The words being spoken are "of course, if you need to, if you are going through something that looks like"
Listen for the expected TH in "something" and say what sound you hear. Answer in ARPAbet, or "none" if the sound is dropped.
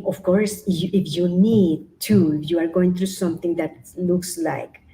T